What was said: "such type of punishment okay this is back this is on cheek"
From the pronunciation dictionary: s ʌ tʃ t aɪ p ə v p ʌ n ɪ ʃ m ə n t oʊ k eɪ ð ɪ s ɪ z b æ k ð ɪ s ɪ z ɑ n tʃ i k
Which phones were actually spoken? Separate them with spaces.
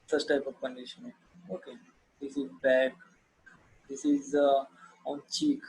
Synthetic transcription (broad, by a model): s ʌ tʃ t aɪ p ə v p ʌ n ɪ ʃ ə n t oʊ k eɪ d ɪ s ɪ z b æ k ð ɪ s ɪ z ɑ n tʃ i k